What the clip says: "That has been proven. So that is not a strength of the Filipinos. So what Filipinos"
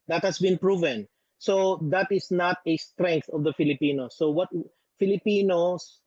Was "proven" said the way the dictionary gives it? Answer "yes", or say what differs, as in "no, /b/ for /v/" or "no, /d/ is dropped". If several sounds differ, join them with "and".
yes